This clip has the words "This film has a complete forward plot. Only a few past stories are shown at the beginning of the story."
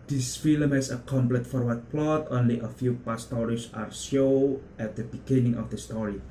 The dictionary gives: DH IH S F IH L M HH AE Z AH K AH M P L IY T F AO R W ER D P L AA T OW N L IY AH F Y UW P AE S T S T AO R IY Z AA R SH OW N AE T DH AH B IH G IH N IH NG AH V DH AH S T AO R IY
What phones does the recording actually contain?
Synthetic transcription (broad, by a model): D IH S F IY L M HH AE S AH K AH M P L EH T F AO R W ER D P L AA T OW N L IY AH F Y UW P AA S S T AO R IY S AA R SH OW AE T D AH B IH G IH N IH NG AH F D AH S T AO R IY